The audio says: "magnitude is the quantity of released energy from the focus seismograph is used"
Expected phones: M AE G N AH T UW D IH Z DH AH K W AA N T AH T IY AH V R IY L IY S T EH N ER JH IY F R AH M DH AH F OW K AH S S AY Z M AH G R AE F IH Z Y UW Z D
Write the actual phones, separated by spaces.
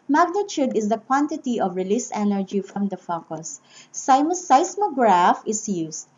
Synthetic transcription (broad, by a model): M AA G N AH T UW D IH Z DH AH K W AA N T AH T IY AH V R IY L IY S EH N ER JH IY F R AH M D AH F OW K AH S S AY S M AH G R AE F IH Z Y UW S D